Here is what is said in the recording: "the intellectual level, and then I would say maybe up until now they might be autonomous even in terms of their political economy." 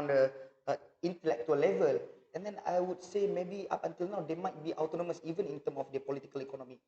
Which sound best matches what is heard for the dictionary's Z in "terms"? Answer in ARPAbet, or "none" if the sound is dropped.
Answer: none